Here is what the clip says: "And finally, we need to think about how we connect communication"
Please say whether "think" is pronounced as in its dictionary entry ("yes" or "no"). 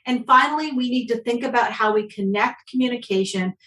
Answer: yes